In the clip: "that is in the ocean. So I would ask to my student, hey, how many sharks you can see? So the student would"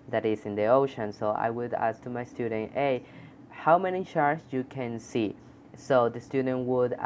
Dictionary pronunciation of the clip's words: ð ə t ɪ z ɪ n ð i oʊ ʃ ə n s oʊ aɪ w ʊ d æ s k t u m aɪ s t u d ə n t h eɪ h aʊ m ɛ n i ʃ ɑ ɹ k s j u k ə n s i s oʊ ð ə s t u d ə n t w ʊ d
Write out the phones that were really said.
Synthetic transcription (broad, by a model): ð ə t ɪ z ɪ n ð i oʊ ʃ ə n s oʊ aɪ w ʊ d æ s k t u m aɪ s t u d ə n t eɪ h aʊ m ɛ n i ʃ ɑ ɹ s j u k ə n s i s oʊ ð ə s t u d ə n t w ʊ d